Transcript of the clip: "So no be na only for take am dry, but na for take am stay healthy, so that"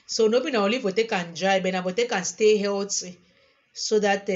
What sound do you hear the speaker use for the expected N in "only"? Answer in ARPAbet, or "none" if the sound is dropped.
none